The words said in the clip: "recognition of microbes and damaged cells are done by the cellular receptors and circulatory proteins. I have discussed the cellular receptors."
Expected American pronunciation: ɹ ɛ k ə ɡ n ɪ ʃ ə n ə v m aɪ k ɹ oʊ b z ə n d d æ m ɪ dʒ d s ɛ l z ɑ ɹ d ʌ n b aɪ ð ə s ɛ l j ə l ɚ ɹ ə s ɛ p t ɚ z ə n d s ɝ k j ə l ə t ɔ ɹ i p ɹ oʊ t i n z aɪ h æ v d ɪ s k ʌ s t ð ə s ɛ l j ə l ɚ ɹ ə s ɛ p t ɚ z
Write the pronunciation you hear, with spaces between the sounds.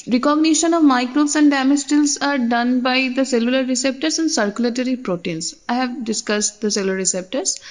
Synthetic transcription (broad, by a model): ɹ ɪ k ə ɡ n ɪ ʃ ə n ə v m aɪ k ɹ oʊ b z ə n d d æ m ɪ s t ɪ l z ɑ ɹ d ʌ n b aɪ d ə s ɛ l j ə l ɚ ɹ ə s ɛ p t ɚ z ə n d s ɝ k j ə l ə t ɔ ɹ i p ɹ oʊ t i n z aɪ h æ v d ɪ s k ʌ s t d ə s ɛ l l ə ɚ ɹ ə s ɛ p t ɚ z